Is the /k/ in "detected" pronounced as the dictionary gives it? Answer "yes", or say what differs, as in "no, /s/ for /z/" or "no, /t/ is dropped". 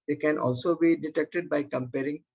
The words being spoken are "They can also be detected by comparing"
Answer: yes